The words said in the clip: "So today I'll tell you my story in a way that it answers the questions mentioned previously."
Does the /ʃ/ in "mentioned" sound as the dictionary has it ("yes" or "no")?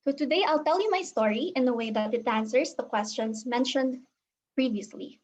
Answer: yes